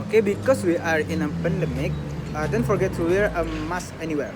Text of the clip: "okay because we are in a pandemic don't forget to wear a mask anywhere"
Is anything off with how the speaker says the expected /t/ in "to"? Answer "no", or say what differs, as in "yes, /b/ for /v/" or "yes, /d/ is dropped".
yes, /s/ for /t/